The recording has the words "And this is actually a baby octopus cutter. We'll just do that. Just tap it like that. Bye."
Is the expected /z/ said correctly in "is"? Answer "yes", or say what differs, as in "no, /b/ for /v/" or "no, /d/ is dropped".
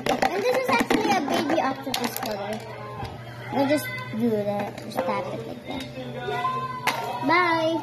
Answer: yes